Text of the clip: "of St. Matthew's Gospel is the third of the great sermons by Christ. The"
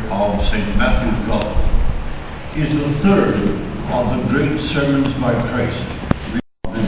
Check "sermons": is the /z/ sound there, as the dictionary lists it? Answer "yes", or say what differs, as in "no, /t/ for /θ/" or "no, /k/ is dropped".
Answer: yes